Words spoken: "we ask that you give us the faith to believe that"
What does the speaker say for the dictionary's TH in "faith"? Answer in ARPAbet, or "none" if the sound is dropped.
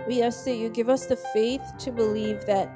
TH